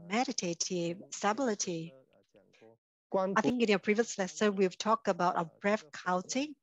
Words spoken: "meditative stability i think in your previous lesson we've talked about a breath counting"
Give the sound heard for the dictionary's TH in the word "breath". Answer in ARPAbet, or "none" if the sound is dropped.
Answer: F